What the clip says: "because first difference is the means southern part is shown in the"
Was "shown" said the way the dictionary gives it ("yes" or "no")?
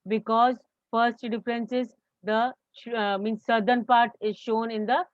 yes